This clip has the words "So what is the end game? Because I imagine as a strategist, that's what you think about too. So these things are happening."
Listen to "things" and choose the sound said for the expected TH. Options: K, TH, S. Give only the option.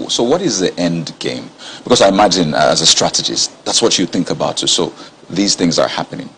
TH